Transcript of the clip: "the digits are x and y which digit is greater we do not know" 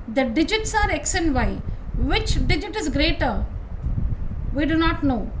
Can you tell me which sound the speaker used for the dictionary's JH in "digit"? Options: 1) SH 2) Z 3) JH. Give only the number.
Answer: 3